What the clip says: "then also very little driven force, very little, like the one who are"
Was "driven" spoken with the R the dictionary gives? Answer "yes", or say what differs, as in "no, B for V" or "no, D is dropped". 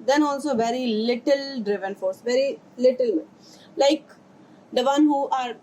yes